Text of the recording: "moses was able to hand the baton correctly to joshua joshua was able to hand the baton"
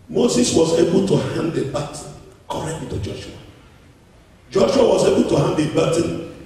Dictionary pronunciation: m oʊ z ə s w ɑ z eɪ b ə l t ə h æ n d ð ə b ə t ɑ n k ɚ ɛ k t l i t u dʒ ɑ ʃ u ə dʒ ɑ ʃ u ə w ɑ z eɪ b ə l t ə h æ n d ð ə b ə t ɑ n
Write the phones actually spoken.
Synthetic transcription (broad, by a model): m oʊ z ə s w ɑ z eɪ b ə l t ə h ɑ n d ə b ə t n k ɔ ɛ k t i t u dʒ ɑ ʃ u ə dʒ ɑ ʃ u ə w ɑ z eɪ b ə l t ə h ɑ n d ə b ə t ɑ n